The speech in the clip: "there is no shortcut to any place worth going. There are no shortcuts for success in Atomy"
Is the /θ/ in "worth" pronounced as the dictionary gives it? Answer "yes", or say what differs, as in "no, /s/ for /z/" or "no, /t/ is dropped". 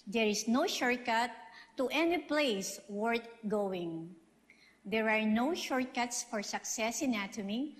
no, /t/ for /θ/